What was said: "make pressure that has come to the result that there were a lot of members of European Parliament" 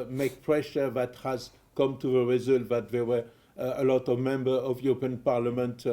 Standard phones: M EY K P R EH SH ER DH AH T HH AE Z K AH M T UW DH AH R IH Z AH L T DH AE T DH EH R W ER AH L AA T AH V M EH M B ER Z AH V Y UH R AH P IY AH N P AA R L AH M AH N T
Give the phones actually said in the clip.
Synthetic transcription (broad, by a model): M EY K P R EH SH ER DH AH T HH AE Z K AH M T UW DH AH R IH Z AH L T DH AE T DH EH W ER AH L AA T AH V M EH M B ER AH V Y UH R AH P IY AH N P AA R L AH M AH N T